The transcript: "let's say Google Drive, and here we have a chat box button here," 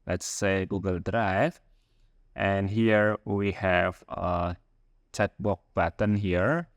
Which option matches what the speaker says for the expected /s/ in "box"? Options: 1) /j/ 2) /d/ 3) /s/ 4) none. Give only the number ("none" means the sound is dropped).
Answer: 4